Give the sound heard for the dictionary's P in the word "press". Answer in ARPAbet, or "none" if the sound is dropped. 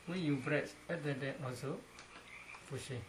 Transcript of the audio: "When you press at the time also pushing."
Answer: B